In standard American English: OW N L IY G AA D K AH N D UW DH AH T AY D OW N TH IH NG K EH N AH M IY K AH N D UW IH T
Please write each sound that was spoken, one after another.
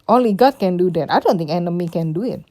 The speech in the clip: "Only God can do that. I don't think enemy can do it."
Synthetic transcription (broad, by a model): OW N L IY G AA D K AH N D UW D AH T AY D OW N T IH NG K EH N AH M IY K AH N D UW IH T